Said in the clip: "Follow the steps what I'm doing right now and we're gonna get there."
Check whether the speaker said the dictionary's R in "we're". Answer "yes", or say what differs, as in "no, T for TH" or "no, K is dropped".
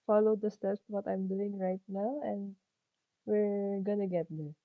yes